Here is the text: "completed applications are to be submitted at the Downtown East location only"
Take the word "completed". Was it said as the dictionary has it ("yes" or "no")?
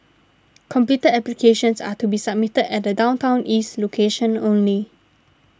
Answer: no